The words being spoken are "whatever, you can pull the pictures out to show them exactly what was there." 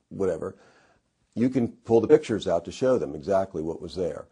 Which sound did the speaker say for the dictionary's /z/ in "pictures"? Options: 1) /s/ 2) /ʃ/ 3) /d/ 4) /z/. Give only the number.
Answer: 4